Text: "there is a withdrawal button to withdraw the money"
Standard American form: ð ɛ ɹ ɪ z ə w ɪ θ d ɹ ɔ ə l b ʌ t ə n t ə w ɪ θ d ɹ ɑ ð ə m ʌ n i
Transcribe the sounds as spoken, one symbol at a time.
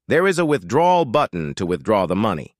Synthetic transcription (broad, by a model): ð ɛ ɹ ɪ z ə w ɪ θ d ɹ ɔ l b ʌ t n t ə w ɪ θ d ɹ ɑ ð ə m ʌ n i